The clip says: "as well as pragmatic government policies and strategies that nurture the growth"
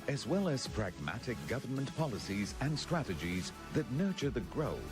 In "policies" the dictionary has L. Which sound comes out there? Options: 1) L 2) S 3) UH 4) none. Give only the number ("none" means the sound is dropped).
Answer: 1